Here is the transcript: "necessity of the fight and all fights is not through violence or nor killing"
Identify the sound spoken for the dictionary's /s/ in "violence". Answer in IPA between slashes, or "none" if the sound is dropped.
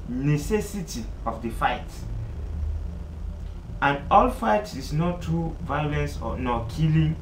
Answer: /s/